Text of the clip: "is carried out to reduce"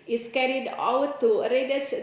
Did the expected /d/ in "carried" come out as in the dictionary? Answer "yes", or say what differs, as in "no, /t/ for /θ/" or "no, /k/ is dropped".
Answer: yes